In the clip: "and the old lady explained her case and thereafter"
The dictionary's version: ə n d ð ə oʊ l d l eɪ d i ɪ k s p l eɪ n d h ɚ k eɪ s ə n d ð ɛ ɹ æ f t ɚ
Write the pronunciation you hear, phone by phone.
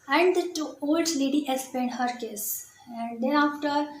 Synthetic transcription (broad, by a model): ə n d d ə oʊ l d l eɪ d i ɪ s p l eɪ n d h ɚ k eɪ s ə n d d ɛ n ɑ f t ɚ